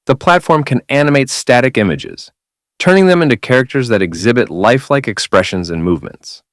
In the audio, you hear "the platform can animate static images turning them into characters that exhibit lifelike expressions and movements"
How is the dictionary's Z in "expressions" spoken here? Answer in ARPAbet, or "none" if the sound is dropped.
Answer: Z